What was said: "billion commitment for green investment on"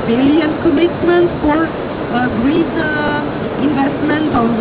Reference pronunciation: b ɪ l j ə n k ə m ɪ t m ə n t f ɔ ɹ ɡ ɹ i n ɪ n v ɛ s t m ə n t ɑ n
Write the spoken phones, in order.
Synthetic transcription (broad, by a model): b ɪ l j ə n k ə m ɪ t m ə n t f ɔ ɹ ɡ ɹ i n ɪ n v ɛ s t m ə n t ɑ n